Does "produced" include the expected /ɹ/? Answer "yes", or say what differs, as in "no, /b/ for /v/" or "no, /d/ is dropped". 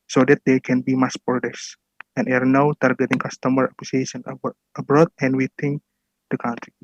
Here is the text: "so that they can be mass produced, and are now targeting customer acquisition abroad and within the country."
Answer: no, /ɹ/ is dropped